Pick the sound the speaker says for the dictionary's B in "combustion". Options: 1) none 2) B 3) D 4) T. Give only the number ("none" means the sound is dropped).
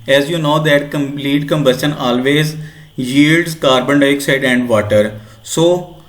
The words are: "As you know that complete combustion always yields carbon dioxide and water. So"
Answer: 2